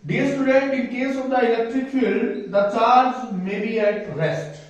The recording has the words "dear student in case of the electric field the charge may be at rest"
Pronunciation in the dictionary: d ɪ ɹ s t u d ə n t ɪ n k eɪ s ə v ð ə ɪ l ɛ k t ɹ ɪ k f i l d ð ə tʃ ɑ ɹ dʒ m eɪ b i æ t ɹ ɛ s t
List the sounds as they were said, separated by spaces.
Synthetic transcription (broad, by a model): d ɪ s t u d ə n t ɪ n k eɪ s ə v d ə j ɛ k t ɪ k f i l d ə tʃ ɑ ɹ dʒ m eɪ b i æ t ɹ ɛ s t